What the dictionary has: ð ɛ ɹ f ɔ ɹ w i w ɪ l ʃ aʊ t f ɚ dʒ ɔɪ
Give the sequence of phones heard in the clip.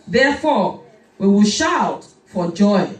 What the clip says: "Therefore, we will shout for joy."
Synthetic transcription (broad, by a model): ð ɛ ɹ f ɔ w i w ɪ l ʃ aʊ t f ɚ dʒ ɔɪ